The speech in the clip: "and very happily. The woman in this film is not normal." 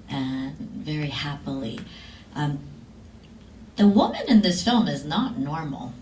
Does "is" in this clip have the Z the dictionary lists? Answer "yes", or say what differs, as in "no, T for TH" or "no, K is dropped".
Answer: yes